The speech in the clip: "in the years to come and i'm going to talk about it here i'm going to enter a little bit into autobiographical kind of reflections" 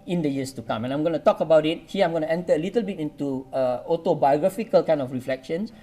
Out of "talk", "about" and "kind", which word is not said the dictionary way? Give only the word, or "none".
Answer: kind